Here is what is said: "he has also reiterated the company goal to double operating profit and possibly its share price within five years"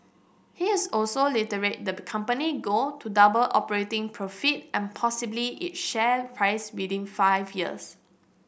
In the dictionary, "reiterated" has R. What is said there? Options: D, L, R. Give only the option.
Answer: L